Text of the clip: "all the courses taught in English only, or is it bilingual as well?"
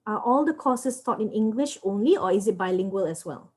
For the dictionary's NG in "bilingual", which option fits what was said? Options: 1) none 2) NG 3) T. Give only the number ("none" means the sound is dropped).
2